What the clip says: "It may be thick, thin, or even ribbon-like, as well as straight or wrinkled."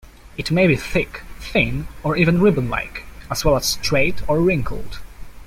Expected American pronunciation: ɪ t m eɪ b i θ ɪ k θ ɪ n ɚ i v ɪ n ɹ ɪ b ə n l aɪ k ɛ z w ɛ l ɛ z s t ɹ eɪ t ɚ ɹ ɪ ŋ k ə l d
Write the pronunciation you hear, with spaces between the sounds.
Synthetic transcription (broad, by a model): ɪ t m eɪ b i θ ɪ k θ ɪ n ɚ i v ɪ n ɹ ɪ b ə n l aɪ k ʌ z w ɛ l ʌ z s t ɹ eɪ t ɚ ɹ ɪ ŋ k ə l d